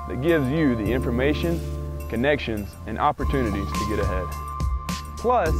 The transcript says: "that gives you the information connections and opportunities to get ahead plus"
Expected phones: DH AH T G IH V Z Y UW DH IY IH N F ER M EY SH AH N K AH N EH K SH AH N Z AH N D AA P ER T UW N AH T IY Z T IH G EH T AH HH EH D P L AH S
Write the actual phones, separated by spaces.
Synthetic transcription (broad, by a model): DH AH T G IH V Z Y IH DH IY IH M F ER M EY SH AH N K AH N EH K SH AH N Z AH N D AA P ER T UW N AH T IY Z T IH G EH T AH HH EH D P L AH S